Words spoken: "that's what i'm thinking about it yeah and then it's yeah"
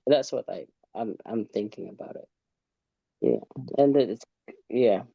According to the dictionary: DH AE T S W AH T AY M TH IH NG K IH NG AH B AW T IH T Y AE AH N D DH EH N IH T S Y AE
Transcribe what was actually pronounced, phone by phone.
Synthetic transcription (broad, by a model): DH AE T S W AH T AY M TH IH NG K IH NG AH B AW T IH T Y AE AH N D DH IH IH T S Y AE